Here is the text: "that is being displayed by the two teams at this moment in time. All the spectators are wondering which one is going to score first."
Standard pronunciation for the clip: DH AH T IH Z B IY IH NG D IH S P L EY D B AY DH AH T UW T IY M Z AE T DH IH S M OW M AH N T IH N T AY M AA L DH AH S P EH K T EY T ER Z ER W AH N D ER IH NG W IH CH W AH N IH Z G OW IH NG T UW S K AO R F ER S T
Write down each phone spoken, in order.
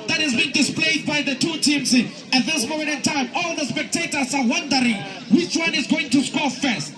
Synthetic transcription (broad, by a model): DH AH T IH Z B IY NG D IH S P L EY D B AY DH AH T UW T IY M S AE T DH IH S M OW M AH N T IH N T AY M AA L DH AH S P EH K T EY T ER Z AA W AH N D ER IH NG W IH CH W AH N IH Z G OW IH NG T UW S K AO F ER S T